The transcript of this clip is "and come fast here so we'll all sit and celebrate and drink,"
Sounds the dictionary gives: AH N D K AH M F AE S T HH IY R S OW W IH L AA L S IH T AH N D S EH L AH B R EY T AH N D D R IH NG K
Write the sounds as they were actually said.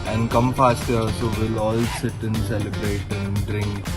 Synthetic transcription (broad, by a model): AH N D K AH M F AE S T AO L S OW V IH L AA L S IH T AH N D S EH L AH B R EY T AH N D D R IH NG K